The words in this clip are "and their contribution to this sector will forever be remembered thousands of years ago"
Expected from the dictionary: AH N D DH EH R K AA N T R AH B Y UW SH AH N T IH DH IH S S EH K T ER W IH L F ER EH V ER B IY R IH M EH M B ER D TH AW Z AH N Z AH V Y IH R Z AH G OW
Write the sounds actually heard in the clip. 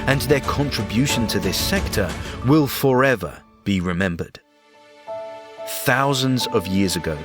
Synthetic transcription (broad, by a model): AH N DH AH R K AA N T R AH B Y UW SH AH N T IH DH IH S S EH K T ER W IH L F ER EH V ER B IY R IH M EH M B ER D TH AW Z AH N Z AH V Y IH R Z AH G OW